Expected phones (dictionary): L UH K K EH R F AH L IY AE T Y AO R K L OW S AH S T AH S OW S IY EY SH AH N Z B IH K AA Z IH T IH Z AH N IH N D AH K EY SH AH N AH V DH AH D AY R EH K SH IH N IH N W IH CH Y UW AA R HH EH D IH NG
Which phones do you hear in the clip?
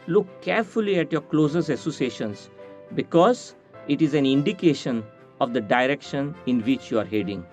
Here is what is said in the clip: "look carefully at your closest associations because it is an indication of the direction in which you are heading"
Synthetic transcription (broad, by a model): L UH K K EH R F AH L IY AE T Y AO R K L OW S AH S AH S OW S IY EY SH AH N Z B IH K AA Z IH T IH Z AH N IH N D AH K EY SH AH N AH V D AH D AY R EH K SH IH N IH N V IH CH Y UW AA R HH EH D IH NG